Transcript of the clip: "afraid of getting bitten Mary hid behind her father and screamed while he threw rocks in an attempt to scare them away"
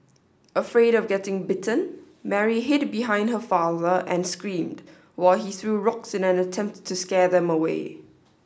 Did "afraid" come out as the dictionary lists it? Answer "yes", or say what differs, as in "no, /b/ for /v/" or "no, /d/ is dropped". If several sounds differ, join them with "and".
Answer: yes